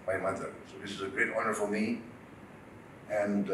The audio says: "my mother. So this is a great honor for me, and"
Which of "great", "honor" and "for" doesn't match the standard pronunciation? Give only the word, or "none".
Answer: for